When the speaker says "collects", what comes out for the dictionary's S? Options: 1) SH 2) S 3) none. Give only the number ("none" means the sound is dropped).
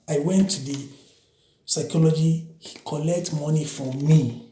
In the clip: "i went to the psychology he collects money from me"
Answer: 3